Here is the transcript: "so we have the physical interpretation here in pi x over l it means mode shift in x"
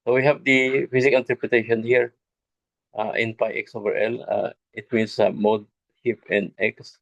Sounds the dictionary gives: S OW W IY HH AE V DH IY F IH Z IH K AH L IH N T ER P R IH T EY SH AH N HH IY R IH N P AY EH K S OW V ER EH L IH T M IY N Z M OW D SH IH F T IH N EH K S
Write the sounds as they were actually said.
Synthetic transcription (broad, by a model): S OW W IY HH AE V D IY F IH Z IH K IH N T ER P R IH T EY SH AH N HH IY R IH N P AY EH K S OW V ER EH L IH T M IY N S M OW D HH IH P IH N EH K S